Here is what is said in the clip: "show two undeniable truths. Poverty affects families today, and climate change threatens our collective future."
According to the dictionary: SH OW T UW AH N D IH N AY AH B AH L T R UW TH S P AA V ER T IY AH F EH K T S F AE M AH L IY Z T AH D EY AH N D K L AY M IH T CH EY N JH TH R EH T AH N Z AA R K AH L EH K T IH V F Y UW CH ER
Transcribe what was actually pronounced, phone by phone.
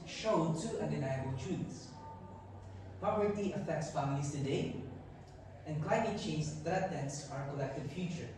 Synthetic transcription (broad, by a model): SH OW T UW AH N D IH N AY AH B AH L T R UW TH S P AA P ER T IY AH F EH K T S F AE M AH L IY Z T AH D EY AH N K L AY M IH T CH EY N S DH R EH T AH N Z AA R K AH L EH K T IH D F Y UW CH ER